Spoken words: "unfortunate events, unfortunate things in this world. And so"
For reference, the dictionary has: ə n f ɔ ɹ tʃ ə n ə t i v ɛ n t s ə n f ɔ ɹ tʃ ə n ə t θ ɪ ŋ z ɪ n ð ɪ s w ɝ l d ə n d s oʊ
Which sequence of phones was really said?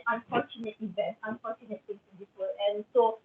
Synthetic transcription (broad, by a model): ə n f ɔ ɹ tʃ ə n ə t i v ɛ n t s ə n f ɔ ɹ tʃ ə n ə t t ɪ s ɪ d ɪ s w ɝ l ə n s oʊ